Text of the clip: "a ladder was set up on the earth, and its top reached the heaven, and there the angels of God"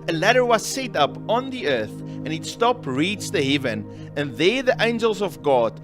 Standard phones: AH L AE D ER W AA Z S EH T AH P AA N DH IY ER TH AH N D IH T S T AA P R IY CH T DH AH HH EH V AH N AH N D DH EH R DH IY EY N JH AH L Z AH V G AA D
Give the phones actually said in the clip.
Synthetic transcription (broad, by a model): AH L AE D ER W AA Z S EH T AH P AA N DH IY ER TH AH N IH T S T AA P R IY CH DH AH HH EH V AH N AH N DH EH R DH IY EY N JH AH L Z AH V G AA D